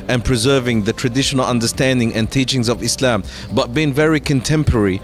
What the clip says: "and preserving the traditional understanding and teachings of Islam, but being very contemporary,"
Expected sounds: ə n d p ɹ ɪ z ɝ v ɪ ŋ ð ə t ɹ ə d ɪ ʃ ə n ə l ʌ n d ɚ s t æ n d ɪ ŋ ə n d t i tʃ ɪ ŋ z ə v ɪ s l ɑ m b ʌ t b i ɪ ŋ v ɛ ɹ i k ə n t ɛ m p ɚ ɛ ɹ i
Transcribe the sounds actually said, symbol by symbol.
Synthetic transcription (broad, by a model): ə n p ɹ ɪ z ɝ v ɪ ŋ ð ə t ɹ ə d ɪ ʃ ə n ə l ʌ n d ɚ s t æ n d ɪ ŋ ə n t i tʃ ɪ ŋ z ə v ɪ s l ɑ m b ʌ t b i ɪ ŋ v ɛ ɹ i k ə n t ɛ m p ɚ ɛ ɹ i